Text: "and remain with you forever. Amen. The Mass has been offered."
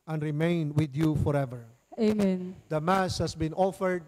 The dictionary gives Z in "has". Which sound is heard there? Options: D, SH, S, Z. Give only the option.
S